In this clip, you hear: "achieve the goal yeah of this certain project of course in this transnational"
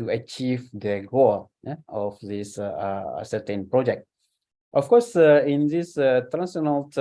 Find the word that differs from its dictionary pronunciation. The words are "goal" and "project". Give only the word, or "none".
none